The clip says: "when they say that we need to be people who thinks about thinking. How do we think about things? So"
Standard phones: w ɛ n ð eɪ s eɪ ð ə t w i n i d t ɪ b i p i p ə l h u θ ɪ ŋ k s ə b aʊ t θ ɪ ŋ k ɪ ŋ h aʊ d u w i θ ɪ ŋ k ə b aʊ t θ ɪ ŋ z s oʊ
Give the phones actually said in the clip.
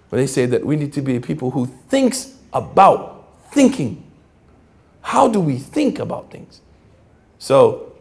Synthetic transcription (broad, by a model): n ð eɪ s eɪ ð ə t w i n i d t ɪ b i p i p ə l h u θ ɪ ŋ k s ə b aʊ t θ ɪ ŋ k ɪ ŋ h aʊ d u w i θ ɪ ŋ k ə b aʊ t θ ɪ ŋ z s oʊ